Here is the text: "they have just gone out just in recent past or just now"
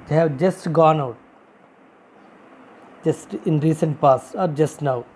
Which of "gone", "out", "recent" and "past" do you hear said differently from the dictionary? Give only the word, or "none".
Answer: past